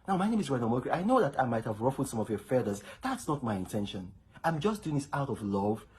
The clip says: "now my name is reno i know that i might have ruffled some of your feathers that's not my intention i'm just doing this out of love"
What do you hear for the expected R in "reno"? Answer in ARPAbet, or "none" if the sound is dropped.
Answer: W